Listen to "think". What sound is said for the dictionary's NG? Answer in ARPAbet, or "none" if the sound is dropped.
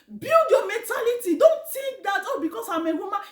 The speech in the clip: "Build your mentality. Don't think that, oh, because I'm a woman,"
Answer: none